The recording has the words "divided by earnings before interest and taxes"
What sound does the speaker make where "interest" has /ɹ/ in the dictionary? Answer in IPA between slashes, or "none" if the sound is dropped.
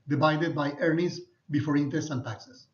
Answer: none